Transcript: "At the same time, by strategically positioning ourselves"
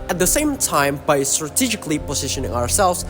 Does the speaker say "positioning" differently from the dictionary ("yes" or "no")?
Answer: no